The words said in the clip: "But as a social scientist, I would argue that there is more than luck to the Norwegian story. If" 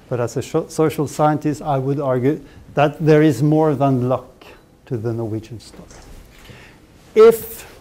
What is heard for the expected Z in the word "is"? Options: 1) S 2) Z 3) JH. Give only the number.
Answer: 2